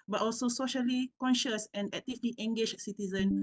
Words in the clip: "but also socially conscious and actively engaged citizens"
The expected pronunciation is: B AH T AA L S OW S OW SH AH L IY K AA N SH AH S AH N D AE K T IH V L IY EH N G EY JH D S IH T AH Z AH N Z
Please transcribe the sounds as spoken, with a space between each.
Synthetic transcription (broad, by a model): B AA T AA L S OW S OW SH AH L IY K AA N SH AH S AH N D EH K T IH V L IY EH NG G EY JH S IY T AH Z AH N